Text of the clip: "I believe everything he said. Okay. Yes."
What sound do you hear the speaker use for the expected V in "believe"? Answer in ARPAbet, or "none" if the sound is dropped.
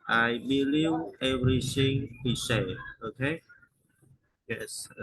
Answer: W